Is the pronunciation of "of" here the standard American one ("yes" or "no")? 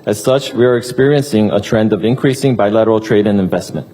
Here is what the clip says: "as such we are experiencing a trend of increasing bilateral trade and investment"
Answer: yes